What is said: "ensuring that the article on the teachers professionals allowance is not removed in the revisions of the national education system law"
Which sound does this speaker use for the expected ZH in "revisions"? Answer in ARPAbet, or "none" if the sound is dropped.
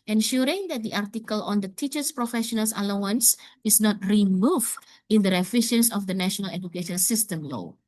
SH